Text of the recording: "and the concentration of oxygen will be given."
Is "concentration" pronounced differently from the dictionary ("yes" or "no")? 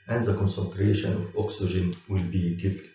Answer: no